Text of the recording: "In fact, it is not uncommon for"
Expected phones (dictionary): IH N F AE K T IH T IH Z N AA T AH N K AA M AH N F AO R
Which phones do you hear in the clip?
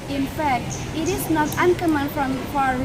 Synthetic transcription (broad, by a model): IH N F AE K T IH T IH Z N AA T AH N K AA M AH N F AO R